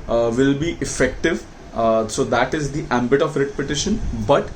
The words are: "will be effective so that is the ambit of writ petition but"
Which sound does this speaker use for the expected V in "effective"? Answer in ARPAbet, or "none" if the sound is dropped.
V